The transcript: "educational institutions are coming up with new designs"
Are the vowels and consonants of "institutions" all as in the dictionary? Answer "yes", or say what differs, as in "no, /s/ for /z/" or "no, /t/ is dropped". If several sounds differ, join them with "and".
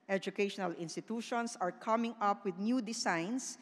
no, /s/ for /z/